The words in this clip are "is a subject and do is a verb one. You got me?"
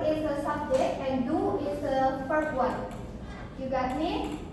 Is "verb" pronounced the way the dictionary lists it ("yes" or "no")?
no